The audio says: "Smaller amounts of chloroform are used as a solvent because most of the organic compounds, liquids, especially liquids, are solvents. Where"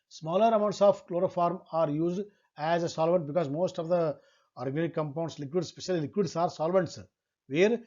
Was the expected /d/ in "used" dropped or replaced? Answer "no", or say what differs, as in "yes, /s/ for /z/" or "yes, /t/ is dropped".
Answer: no